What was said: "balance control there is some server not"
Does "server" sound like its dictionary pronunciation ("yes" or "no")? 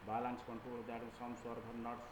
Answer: no